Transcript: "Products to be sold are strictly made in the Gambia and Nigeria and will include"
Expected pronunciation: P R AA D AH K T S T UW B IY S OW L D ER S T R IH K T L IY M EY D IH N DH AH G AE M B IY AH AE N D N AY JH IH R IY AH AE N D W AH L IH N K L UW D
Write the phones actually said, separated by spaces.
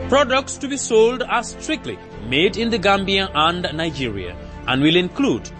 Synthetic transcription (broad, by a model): P R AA D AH K T S T UW B IY S OW L D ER S T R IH K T L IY M EY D IH N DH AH G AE M B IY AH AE N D N AY JH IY R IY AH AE N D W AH L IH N K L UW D